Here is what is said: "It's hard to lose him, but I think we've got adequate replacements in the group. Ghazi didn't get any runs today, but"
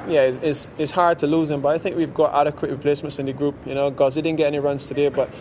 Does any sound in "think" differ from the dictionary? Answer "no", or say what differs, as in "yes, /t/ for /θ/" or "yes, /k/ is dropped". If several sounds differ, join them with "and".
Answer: no